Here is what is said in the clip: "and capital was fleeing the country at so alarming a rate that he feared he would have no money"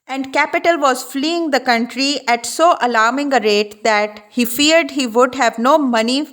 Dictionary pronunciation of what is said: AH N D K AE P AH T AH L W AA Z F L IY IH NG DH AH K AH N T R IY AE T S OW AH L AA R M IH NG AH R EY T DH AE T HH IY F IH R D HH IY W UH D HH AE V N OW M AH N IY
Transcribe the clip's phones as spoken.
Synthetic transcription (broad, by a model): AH N D K AE P AH T AH L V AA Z F L IY IH NG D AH K AH N T R IY AE T S OW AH L AA R M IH NG AH R EY T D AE T HH IY F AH R D HH IY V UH D HH AE V N OW M AH N IY